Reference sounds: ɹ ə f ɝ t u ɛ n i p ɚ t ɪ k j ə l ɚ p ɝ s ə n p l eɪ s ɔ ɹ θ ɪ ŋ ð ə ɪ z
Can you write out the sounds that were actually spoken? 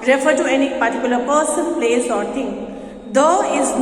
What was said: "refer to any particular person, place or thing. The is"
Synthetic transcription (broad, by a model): ɹ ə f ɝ t u ɛ n i p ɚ t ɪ k j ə l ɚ p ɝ s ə n p l eɪ s ɔ ɹ t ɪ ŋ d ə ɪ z